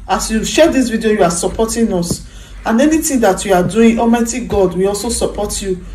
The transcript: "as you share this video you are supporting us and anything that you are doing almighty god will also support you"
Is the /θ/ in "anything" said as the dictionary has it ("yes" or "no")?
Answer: no